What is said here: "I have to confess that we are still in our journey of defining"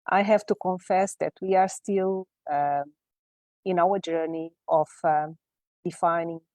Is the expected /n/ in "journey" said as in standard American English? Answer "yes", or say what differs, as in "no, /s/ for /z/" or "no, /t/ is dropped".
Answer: yes